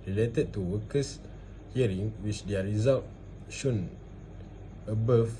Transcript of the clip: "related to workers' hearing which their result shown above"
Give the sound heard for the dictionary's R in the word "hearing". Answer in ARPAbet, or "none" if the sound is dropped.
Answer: R